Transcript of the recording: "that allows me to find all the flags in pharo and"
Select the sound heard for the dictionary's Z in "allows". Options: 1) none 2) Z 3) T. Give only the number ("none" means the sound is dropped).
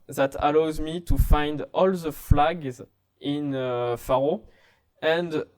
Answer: 2